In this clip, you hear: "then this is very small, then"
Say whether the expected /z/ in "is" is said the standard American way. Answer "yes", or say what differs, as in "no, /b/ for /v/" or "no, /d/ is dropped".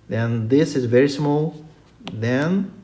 yes